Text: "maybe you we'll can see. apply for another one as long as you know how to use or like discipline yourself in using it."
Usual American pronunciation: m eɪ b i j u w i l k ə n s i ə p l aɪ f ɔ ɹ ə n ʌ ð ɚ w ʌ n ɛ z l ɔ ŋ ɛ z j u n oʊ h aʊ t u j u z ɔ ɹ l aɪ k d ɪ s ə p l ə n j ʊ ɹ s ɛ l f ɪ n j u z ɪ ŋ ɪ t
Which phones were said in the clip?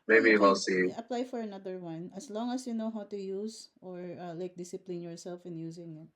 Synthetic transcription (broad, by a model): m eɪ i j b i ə l s i ə p l aɪ f ɔ ɹ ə n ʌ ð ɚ w ʌ n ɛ s l ɔ ŋ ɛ s j u n oʊ h aʊ t u j u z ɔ ɹ l aɪ k d ɪ s ə p l ə n j ʊ ɹ s ɛ l f ɪ n j u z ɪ ŋ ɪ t